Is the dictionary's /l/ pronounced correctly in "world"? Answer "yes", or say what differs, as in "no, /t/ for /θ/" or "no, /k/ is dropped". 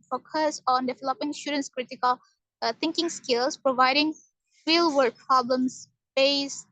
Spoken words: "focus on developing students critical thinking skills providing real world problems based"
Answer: no, /l/ is dropped